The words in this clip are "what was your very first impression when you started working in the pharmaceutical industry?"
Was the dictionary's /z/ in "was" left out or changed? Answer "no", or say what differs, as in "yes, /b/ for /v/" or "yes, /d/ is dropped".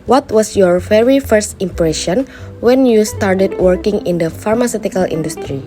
yes, /s/ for /z/